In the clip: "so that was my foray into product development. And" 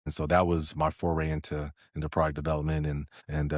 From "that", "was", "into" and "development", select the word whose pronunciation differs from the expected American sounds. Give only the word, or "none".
none